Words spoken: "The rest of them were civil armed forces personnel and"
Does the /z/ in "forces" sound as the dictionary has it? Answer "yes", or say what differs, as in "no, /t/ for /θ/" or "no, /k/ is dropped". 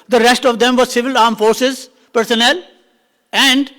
yes